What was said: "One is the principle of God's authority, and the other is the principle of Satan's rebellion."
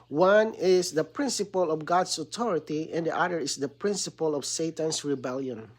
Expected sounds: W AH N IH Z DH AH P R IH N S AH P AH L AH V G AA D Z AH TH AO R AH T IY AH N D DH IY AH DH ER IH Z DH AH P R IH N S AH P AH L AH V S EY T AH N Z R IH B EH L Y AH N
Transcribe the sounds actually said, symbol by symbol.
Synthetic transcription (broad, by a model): W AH N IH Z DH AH P R IH N S AH P AH L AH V G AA D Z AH T AO R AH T IY AH N D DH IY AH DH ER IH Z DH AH P R IH N S AH P AH L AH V S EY T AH N S R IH B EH L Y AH N